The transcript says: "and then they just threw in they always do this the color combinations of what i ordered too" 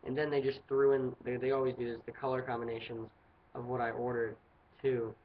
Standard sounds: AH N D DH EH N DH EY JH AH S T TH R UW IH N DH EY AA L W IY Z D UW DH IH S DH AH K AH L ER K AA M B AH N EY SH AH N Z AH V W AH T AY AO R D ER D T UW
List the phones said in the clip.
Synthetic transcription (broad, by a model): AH N DH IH N DH EY JH AH S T TH R UW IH N DH EY AA L W IY Z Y UW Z DH AH K AH L ER K AA M B AH N EY SH AH N Z AH V W AH T AY AO R D ER D T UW